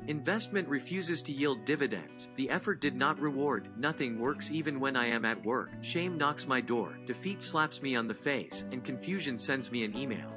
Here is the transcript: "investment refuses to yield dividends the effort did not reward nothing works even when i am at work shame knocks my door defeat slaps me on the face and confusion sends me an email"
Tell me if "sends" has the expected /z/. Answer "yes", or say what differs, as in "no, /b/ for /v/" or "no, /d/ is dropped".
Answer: yes